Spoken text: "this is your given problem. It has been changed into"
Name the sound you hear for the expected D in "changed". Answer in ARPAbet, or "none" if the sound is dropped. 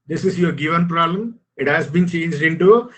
D